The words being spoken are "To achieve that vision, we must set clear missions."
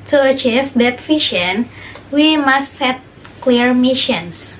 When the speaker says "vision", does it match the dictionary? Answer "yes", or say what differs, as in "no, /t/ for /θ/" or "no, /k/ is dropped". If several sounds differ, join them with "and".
no, /f/ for /v/ and /ʃ/ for /ʒ/